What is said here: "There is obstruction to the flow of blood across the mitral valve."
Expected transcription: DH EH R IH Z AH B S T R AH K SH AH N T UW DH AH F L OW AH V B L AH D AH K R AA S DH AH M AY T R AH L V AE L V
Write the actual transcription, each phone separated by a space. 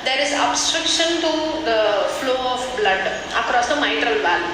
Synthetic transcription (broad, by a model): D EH R IH Z AH B S T R AH K SH AH N T UW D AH F L OW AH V B L AH D AH K R AA S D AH M AY T R AH L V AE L